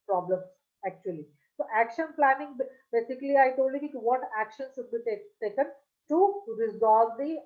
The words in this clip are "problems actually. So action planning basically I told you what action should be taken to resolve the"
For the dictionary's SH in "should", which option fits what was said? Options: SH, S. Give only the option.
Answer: S